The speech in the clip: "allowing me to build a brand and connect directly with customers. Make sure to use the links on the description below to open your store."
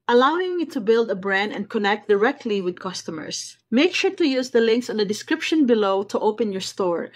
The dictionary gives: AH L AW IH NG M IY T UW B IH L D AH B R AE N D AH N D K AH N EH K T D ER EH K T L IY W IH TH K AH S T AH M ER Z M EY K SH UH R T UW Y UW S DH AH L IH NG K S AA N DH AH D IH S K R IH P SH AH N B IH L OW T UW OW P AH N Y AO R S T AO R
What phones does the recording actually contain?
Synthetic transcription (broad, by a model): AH L AW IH NG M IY T UW B IH L D AH B R AE N D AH N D K AH N EH K T D ER EH K T L IY W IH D K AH S T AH M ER S M EY K SH UH R T UW Y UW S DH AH L IH NG K S AA N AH D IH S K R IH P SH AH N B IH L OW T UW OW P AH N Y AO R S T AO R